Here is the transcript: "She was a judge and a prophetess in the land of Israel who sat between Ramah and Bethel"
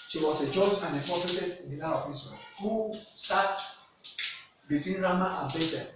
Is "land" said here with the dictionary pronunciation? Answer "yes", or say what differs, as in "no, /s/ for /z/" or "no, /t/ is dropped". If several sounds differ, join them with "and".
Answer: no, /n/ is dropped